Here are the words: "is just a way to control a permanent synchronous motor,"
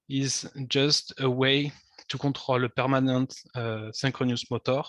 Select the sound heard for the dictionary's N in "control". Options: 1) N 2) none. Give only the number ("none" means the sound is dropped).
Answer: 2